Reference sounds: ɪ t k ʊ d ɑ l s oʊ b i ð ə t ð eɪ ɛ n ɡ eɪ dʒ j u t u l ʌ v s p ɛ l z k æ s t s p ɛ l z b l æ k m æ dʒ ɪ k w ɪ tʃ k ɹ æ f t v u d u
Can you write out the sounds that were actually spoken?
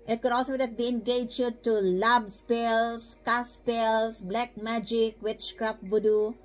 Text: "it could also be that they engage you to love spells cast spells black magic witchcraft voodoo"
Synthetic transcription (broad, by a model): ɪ t k ʊ d ɑ l s oʊ b i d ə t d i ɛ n ɡ eɪ dʒ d t u l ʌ b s p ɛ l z k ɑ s s p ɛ l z b l æ k m æ dʒ ɪ k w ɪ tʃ k ɹ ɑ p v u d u